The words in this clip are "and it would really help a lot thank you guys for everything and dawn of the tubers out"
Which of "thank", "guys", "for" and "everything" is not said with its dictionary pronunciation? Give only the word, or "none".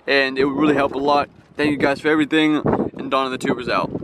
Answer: none